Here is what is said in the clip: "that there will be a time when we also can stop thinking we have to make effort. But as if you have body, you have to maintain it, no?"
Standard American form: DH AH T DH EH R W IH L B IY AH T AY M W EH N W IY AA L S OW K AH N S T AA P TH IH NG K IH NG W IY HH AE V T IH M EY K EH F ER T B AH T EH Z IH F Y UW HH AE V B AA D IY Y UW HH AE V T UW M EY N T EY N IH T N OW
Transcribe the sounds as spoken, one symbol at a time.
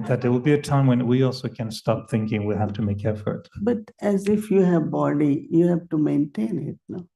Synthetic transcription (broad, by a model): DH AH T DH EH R W IH L B IY AH T AY M W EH N W IY AA L S OW K AH N S T AA P TH IH NG K IH NG W IY HH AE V T IH M EY K EH F ER T B AH T EH Z IH F Y UW HH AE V B AA D IY Y UW HH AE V T UW M EY N T EY N IH T N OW